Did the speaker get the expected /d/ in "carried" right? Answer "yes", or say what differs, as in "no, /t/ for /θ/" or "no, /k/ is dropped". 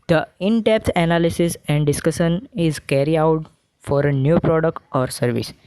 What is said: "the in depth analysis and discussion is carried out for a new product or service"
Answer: no, /d/ is dropped